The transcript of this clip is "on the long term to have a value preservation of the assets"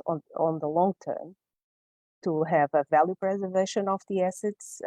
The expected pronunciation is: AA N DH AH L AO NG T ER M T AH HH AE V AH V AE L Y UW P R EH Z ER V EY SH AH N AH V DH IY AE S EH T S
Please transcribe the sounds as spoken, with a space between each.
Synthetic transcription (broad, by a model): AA N DH AH L AO NG T ER M T AH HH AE V AH V AE L Y UW P R EH Z ER V EY SH AH N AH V DH IY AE S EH T S